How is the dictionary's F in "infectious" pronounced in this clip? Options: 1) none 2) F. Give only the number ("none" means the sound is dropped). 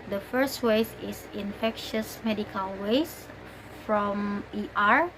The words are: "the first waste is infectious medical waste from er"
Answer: 2